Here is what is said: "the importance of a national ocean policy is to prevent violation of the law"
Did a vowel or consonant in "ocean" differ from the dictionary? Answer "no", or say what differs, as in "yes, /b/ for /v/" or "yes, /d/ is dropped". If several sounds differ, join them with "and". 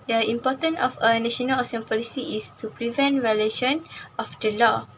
yes, /s/ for /ʃ/